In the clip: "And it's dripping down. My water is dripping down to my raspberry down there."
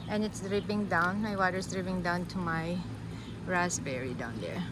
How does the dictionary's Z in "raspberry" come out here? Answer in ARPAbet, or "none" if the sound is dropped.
S